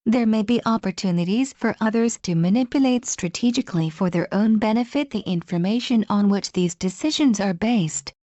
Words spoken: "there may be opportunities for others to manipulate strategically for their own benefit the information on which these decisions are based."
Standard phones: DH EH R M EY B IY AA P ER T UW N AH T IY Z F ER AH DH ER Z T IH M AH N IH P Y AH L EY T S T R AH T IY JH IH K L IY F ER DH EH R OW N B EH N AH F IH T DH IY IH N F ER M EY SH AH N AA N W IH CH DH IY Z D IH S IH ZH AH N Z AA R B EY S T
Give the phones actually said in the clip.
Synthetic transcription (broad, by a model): DH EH R M EY B IY AA P ER T UW N AH T IY Z F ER AH DH ER Z T IH M AH N IH P Y AH L EY T S T R AH T IY JH IH K L IY F ER DH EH R OW N B EH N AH F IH T DH IY IH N F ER M EY SH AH N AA N W IH CH DH IY Z D IH S IH ZH AH N Z AA R B EY S T